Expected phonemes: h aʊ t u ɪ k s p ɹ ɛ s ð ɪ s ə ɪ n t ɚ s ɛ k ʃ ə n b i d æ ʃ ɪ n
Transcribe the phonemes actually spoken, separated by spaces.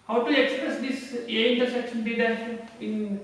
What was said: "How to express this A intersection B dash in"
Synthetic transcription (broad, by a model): h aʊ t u ɪ k s p ɹ ɛ s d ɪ s ə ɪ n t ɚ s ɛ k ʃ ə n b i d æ ɪ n